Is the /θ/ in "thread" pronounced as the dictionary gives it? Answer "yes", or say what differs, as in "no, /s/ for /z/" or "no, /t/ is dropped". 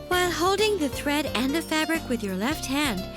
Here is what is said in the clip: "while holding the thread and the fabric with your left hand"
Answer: yes